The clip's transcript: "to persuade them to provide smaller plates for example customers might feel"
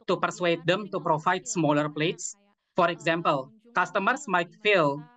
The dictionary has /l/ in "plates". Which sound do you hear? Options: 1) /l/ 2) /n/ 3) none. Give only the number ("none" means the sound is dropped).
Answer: 1